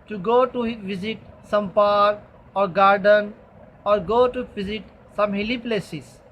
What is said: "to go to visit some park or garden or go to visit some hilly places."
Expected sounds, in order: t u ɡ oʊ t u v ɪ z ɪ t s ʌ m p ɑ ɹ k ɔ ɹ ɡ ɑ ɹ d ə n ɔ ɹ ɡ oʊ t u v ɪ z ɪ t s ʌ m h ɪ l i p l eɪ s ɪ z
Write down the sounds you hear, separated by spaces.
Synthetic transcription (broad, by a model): t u ɡ oʊ t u v ɪ z ɪ t s ʌ m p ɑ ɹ ɔ ɹ ɡ ɑ ɹ d ə n ɔ ɹ ɡ oʊ t u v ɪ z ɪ t s ʌ m h ɪ l i p l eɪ s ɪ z